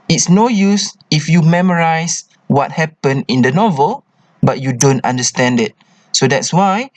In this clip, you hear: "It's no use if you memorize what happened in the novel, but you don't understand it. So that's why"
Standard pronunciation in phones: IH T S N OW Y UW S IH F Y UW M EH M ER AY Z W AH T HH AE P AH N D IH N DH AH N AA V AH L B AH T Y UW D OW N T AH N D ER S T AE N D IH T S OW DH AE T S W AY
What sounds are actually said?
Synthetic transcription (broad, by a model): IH T S N OW Y UW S IH F Y UW M EH M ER AY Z W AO T HH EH P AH N IH N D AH N AA V AH L B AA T Y UW D OW N T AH N D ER S T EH N D IH T S OW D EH T S W AY